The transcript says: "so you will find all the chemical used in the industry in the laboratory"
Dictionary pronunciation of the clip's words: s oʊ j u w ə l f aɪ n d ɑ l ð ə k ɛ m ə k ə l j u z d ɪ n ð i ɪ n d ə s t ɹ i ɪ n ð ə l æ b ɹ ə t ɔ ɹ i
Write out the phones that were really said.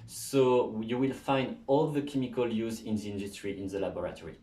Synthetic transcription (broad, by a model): s oʊ j u w ə l f aɪ n d ɑ l ð ə k ɛ m ə k ə l j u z ɪ n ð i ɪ n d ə s t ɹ i ɪ n ð ə l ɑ b ɹ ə t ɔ ɹ i